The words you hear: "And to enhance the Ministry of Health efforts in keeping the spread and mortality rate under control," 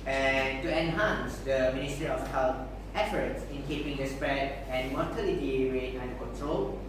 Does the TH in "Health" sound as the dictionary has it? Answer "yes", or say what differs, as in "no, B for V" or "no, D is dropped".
no, F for TH